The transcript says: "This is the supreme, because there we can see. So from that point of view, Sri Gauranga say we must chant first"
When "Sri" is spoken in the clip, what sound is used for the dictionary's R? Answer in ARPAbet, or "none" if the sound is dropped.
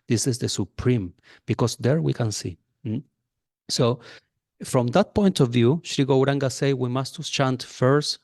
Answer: R